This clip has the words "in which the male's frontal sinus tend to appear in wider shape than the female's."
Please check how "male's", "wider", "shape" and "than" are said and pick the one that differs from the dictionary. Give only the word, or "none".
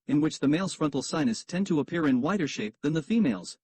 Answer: none